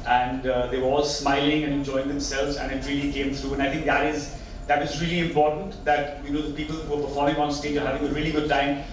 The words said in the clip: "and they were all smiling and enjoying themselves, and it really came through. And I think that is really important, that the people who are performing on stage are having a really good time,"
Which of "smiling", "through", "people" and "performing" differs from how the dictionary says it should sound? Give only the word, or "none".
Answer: through